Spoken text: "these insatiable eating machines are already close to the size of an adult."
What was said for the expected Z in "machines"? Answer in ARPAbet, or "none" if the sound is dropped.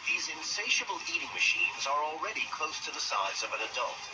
Z